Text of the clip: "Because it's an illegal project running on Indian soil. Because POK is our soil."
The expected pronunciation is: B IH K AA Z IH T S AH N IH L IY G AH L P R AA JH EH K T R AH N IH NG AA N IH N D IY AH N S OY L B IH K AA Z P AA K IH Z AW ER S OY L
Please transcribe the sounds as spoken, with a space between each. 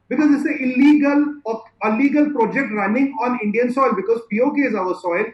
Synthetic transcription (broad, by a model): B IH K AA Z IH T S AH L IH L IY G AH L P R AA JH EH K T R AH N IH NG AA N IH N D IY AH N S OY L B IH K AA Z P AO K IH Z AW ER S OY L